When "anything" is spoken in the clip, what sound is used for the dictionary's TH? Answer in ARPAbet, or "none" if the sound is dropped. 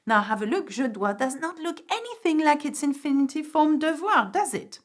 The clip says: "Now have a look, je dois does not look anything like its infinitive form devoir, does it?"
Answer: TH